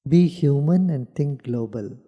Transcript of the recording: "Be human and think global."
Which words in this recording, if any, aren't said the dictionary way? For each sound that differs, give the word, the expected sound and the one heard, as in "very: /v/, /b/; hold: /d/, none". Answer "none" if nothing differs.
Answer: think: /θ/, /t/